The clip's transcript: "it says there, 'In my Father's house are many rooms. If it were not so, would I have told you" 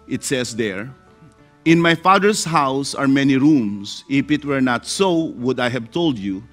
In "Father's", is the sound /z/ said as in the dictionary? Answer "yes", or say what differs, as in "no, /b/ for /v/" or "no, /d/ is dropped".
no, /s/ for /z/